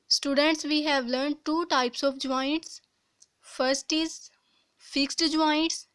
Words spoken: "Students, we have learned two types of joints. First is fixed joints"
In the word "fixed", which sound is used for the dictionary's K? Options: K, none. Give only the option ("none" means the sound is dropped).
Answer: K